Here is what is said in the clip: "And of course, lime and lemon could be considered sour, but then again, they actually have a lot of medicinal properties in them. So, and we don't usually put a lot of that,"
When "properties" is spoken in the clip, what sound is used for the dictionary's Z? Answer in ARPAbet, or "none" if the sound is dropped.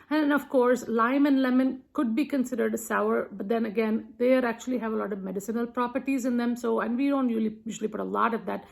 Z